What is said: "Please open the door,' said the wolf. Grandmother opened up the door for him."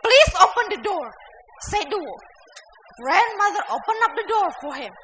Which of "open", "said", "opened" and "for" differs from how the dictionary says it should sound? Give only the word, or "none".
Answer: opened